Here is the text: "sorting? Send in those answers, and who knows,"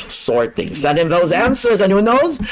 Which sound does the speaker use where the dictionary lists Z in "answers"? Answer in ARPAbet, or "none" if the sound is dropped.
Z